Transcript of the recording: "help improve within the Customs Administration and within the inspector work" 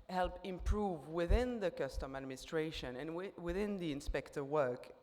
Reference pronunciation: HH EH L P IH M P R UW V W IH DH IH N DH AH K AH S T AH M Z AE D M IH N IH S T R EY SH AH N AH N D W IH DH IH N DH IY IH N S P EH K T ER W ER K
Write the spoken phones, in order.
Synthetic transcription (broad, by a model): HH EH L P IH M P R UW V W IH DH IH N DH AH K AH S T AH M AE D M IH N IH S T R EY SH AH N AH N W W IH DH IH N DH IY IH N S P EH K T ER W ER K